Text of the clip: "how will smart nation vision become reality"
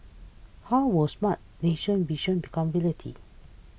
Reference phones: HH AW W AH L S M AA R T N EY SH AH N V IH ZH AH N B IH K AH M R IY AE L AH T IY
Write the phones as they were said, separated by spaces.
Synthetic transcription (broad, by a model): HH AW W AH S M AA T N EY SH AH N B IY SH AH N B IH K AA M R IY L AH T IY